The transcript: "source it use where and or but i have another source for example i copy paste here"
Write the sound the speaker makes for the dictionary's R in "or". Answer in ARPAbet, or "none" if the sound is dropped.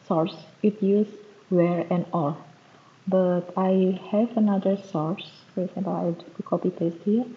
L